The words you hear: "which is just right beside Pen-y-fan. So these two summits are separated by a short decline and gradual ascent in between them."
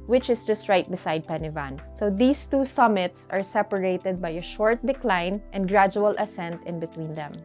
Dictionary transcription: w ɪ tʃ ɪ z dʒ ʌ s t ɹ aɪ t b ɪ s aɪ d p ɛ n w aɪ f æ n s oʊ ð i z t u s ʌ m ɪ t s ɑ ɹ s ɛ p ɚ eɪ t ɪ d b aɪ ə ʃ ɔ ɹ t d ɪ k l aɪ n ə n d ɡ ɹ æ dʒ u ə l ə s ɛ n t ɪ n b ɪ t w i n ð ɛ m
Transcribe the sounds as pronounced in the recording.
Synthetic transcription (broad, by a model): w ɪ tʃ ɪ s dʒ ʌ s t ɹ aɪ t b ɪ s aɪ d p ɛ n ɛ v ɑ n s oʊ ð i s t u s ʌ m ɪ t s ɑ ɹ s ɛ p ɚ eɪ t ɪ d b aɪ ə ʃ ɔ ɹ t d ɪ k l aɪ n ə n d ɡ ɹ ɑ dʒ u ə l ə s ɛ n t ɪ n b ɪ t w i n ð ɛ m